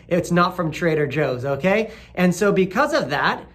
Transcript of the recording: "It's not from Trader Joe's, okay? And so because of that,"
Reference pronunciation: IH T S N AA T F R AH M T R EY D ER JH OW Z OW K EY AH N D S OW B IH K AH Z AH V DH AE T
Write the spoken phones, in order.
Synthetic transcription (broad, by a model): IH T S N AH T F R AH M T R EY D ER JH OW Z OW K EY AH N S OW B IH K AH Z AH V DH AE T